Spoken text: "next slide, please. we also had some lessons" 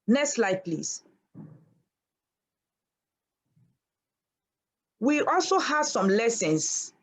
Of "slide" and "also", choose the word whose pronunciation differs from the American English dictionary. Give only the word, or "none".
none